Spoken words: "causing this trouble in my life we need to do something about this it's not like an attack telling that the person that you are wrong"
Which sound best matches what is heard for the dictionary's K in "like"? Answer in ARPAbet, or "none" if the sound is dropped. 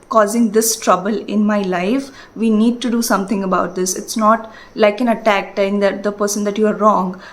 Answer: K